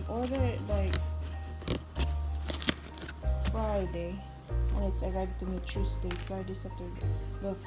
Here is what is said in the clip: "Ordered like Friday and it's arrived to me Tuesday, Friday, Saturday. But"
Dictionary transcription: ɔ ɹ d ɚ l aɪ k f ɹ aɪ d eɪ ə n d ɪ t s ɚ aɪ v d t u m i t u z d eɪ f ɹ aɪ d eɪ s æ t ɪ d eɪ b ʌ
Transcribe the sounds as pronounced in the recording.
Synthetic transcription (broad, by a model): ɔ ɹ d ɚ l aɪ k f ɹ aɪ d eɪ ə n ɪ t s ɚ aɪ d t u m i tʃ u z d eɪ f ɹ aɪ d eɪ s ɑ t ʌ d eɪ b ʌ